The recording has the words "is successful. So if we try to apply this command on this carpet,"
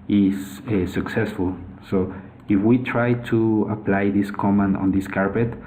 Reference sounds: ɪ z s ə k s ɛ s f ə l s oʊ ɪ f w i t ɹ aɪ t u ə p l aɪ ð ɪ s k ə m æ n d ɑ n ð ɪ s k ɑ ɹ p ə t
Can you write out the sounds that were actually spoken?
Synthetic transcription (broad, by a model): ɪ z s ə k s ɛ s f ə l s oʊ ɪ f w i t ɹ aɪ t u ə p l aɪ ð ɪ s k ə m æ n ɑ n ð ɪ s k ɑ ɹ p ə t